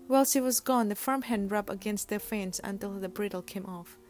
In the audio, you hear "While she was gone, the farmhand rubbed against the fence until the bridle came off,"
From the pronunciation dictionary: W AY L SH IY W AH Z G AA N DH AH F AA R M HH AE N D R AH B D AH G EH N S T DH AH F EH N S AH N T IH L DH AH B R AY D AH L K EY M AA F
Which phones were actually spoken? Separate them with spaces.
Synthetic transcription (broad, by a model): W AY L S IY W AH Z G AA N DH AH F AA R M HH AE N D R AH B AH G EH N S T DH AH F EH N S AH N T IH L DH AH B R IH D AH L K EY M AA F